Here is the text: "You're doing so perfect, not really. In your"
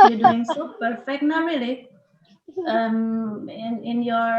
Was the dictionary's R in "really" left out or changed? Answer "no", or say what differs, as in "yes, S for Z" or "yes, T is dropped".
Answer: yes, L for R